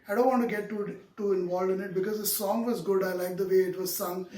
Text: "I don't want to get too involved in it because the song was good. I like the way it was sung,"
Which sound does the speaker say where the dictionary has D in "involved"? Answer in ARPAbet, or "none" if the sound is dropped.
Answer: none